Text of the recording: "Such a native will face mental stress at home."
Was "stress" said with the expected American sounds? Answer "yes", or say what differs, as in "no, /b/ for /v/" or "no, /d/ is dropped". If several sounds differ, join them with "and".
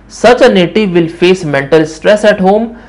yes